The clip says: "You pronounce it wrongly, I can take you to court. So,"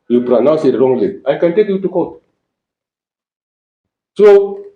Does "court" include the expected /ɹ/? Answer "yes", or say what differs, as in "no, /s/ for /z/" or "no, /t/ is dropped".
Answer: no, /l/ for /ɹ/